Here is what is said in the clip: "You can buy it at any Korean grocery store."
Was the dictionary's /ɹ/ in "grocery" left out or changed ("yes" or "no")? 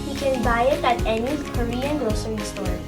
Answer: yes